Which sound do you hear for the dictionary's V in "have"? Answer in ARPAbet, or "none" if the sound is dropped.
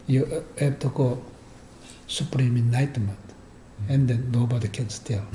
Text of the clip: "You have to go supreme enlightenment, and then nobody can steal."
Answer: B